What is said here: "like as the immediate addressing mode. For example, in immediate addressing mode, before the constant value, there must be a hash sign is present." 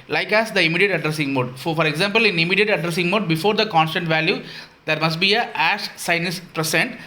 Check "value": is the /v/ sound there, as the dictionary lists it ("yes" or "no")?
yes